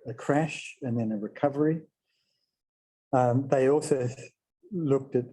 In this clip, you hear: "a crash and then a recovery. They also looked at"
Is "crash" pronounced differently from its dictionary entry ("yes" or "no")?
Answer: no